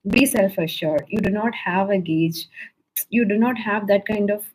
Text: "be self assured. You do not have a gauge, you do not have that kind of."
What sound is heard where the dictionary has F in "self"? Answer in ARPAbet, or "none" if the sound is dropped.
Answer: F